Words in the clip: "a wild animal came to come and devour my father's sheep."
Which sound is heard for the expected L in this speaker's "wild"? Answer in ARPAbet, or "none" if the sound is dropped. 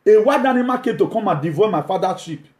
none